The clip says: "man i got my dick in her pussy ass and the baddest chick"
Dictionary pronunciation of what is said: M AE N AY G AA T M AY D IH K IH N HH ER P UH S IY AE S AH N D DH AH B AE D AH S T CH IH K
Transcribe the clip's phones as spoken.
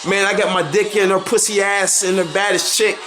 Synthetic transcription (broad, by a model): M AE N AY G AA T M AY D IH K IH N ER P UH S IY AE S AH N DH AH B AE D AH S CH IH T